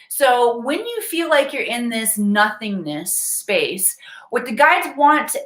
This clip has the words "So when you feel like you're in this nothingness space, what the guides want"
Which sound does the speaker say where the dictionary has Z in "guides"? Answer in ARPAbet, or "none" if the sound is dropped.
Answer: Z